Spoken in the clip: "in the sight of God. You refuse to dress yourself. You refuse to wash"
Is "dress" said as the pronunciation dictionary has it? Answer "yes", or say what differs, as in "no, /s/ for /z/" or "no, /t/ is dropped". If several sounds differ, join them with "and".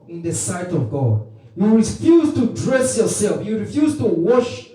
yes